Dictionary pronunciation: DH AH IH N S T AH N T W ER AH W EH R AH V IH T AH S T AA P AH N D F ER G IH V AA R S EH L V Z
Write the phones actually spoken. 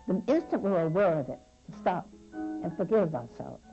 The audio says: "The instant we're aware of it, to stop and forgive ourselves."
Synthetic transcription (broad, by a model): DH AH IH N S T AH N T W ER AH W EH R AH V IH T S T AA P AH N F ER G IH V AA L S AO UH